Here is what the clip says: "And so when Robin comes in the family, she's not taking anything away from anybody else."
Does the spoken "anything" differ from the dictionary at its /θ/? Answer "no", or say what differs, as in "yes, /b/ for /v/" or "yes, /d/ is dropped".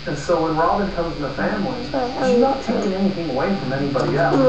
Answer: no